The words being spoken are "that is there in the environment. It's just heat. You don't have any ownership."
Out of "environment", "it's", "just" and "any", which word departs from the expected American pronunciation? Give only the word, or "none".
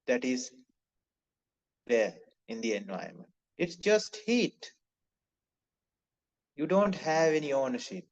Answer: environment